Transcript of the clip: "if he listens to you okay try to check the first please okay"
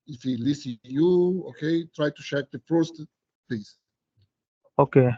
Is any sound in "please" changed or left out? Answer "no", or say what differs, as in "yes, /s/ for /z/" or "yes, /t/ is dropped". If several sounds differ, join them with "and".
yes, /l/ is dropped and /s/ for /z/